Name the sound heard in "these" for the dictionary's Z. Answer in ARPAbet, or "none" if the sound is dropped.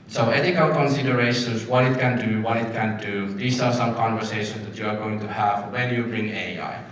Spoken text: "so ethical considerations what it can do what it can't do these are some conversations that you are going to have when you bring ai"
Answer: S